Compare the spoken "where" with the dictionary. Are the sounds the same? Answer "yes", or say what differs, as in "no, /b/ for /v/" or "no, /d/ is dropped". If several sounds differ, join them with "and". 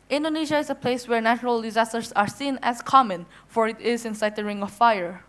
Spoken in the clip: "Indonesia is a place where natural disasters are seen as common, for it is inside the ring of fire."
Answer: yes